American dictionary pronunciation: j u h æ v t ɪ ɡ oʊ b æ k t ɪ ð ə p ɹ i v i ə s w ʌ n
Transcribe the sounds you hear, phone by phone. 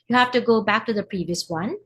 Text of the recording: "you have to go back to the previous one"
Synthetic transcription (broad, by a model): j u h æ f t ɪ ɡ oʊ b æ k t ɪ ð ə p ɹ i v i ə s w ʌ n